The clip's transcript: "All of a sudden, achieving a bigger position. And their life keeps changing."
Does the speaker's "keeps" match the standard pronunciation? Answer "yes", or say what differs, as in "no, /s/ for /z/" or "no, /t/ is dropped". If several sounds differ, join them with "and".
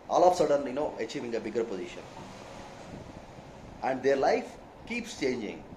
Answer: yes